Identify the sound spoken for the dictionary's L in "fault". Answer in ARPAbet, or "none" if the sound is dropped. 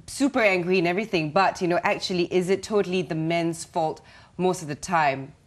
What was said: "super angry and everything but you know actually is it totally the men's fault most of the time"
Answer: L